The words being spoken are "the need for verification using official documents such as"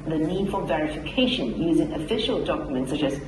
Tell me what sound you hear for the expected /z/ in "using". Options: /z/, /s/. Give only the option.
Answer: /z/